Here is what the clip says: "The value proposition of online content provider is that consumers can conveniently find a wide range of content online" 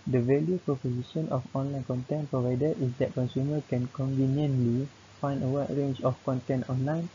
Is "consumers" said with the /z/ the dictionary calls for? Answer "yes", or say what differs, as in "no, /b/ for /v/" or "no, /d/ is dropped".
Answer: no, /z/ is dropped